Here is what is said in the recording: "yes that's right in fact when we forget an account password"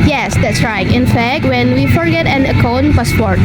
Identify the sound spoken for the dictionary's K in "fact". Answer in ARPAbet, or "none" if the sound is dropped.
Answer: K